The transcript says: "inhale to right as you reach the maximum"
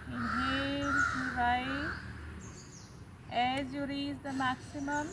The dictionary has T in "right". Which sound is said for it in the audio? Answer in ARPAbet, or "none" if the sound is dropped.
none